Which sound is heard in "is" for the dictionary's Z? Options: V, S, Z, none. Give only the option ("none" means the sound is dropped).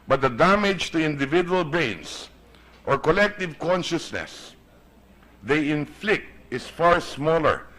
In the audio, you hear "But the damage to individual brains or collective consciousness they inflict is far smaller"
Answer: S